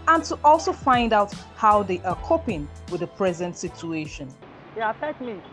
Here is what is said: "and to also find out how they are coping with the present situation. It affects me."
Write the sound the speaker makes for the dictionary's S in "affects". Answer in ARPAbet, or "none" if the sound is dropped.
none